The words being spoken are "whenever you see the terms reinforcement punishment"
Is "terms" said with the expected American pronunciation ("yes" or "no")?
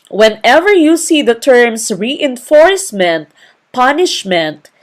no